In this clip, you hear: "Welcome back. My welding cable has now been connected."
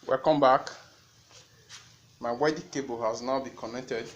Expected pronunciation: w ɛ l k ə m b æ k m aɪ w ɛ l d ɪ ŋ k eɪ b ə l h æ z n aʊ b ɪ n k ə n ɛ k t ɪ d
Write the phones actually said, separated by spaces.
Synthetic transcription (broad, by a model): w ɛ k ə m b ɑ k m aɪ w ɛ d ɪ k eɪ b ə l h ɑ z n aʊ b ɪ k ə n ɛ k t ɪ d